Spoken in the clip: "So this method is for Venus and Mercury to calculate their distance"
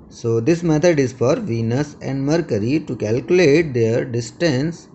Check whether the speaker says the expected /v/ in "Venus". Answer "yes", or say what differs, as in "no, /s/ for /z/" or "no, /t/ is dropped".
yes